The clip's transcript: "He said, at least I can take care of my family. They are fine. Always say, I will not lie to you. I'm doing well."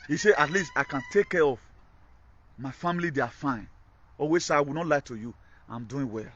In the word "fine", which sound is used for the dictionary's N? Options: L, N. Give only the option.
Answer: N